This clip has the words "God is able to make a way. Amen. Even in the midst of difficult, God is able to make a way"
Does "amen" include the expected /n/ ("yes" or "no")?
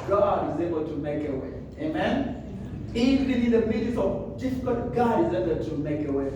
yes